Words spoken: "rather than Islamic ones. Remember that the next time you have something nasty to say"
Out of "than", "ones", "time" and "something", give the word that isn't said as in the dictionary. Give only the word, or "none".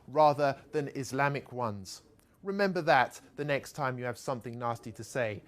none